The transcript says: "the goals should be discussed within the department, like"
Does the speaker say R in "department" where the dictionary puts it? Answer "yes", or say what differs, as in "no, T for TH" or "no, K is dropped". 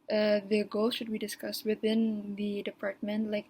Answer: yes